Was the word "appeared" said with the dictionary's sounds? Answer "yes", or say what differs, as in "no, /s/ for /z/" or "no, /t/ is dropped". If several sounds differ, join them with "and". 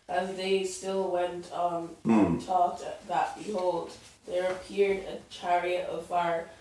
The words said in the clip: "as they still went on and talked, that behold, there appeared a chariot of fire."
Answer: yes